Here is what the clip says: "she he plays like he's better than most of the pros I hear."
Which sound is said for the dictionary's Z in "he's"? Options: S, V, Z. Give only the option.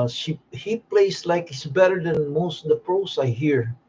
S